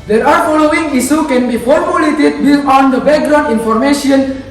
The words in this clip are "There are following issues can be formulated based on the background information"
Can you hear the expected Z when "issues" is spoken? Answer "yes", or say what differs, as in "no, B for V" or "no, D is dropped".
no, Z is dropped